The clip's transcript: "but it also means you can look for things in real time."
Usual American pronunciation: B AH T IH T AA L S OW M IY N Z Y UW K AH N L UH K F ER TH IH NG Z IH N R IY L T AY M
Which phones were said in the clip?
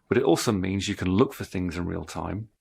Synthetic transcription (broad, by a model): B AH T IH T AA L S OW M IY N Z Y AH K AH N L UH K F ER TH IH NG Z IH N R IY L T AY M